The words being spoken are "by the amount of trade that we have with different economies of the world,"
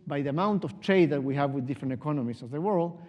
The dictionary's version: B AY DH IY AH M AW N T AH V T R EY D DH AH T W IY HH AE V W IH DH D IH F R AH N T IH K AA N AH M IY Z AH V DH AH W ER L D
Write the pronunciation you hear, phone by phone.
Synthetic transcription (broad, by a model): B AY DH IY AH M AW N T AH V T R EY D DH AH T W IY HH AE V W IH DH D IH F R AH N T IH K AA N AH M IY S AH V DH AH W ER L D